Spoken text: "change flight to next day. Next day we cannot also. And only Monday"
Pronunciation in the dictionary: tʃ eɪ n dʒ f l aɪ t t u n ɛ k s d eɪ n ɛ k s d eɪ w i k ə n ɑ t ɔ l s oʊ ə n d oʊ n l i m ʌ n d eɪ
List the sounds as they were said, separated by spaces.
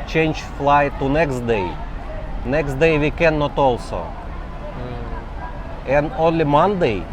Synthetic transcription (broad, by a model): tʃ eɪ n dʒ f l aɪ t t u n ɛ k s d eɪ n ɛ k s d eɪ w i k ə n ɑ t ɔ l s oʊ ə n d oʊ n l i m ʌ n d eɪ